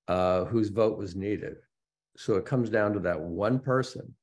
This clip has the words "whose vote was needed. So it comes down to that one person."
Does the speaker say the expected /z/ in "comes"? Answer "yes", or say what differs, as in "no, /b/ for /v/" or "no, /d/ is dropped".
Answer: yes